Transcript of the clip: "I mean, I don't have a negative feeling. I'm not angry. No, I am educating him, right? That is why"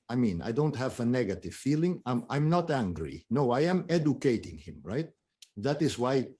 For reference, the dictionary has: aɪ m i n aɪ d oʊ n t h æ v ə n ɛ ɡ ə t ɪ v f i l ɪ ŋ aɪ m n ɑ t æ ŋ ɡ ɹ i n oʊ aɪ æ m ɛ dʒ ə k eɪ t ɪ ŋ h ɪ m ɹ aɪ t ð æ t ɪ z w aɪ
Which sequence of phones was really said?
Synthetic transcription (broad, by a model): aɪ m i n aɪ d oʊ n t h æ v ə n ɛ ɡ ə t ɪ v f i l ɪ ŋ aɪ m n ɑ t æ ŋ ɡ ɹ i n oʊ aɪ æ m ɛ dʒ ə k eɪ t ɪ ŋ h ɪ m ɹ aɪ t ð æ t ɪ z w aɪ